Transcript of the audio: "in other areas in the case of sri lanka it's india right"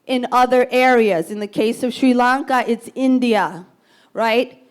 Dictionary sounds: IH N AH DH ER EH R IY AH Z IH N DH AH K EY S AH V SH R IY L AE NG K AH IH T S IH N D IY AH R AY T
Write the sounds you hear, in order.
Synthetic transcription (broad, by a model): IH N AH DH ER EH R IY AH Z IH N DH AH K EY S AH V SH R IY L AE NG K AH IH T S IH N D IY AH R AY T